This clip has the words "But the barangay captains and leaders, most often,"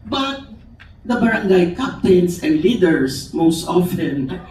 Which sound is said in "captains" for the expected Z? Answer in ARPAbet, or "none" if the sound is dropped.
S